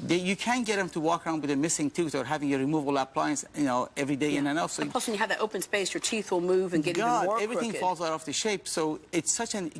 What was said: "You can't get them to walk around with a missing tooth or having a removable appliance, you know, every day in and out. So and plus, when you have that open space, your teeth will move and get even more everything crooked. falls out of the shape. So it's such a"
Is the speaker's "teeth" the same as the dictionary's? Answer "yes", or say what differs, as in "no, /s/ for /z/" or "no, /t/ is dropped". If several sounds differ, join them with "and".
yes